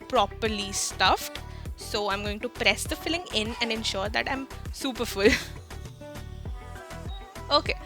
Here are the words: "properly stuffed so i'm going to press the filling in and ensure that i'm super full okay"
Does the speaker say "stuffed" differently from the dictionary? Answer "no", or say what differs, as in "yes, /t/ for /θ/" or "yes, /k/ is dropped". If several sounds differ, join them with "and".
no